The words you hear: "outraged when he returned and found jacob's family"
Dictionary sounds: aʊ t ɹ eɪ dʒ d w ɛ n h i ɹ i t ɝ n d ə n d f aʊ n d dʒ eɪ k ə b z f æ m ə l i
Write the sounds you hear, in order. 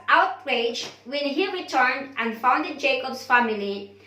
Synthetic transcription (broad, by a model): aʊ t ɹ eɪ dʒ w ɛ n h i ɹ i t ɝ n d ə n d f aʊ n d dʒ eɪ k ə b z f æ m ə l i